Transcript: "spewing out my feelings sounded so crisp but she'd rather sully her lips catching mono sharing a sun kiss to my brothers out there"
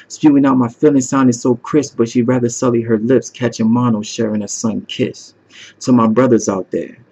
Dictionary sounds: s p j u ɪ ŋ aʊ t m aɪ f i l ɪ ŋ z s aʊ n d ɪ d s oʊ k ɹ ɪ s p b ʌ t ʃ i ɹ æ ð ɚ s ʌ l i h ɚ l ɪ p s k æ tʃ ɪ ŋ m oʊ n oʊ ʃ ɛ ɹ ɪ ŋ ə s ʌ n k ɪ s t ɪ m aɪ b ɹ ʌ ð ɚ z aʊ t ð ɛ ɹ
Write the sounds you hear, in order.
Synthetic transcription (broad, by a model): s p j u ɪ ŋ aʊ t m aɪ f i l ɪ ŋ s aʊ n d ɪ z s oʊ k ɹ ɪ s b ʌ t ʃ i ɹ æ ð ɚ s ʌ l i h ɚ l ɪ p s k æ tʃ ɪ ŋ m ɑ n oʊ ʃ ɛ ɹ ɪ ŋ ə s ʌ n k ɪ s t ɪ m aɪ b ɹ ʌ ð ɚ z aʊ t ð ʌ ɹ